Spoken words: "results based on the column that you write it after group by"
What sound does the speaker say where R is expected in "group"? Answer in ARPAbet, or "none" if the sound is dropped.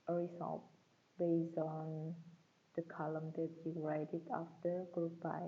R